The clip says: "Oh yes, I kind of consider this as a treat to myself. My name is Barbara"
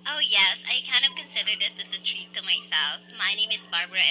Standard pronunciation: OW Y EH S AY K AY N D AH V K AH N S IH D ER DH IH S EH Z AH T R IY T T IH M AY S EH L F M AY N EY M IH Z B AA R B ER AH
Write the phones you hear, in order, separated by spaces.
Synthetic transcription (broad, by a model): OW Y EH S AY K AY N D AH V K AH N S IH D ER DH IH S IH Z AH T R IY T T IH M AY S EH L F M AY N EY M IH Z B AA R B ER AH